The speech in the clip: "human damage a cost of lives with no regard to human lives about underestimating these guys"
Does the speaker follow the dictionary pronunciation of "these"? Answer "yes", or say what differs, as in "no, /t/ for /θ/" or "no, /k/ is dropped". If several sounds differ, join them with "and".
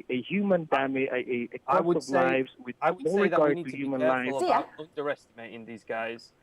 yes